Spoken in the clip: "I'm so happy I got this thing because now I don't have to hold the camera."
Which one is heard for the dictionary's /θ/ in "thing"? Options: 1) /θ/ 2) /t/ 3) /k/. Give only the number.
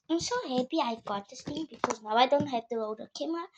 2